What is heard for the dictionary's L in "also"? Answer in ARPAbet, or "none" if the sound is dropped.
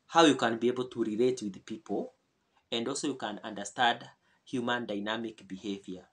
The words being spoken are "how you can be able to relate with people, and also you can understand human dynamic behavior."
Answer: L